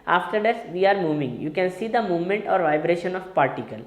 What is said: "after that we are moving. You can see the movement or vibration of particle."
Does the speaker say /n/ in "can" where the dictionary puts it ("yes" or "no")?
yes